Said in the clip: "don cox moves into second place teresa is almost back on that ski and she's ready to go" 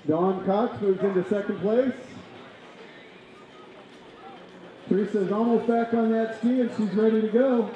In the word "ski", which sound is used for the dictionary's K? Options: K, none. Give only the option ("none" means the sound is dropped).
K